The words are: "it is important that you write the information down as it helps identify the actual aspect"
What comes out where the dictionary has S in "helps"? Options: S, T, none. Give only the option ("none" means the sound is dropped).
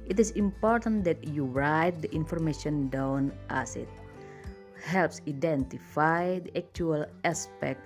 S